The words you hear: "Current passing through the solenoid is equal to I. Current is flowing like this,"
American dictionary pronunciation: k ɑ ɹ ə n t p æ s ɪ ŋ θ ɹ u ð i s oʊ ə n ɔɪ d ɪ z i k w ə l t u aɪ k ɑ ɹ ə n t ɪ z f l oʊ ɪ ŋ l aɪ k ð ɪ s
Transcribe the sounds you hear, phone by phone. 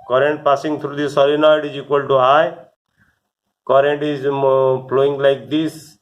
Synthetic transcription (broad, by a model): k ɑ ɹ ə n t p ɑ s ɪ ŋ t ɹ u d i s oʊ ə n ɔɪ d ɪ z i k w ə l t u aɪ k ɑ ɹ ə n t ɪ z p l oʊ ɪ ŋ l aɪ k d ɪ s